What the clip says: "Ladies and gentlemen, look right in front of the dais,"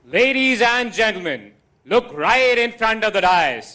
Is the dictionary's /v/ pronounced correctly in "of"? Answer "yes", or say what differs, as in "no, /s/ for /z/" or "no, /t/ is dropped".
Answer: yes